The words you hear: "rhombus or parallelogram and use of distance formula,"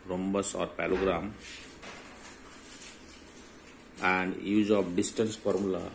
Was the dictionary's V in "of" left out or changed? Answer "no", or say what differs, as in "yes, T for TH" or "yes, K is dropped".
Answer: yes, P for V